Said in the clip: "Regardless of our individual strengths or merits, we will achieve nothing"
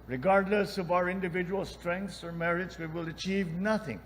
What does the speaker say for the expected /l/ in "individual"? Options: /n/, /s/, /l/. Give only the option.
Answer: /l/